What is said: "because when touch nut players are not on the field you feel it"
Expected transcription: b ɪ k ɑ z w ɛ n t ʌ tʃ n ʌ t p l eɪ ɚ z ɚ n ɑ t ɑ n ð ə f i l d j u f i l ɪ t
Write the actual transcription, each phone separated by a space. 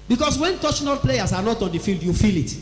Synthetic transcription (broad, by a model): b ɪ k ɑ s w ɛ n t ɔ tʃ n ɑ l p l eɪ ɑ s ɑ n ɑ t ɑ n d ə f i l d j u f i l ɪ t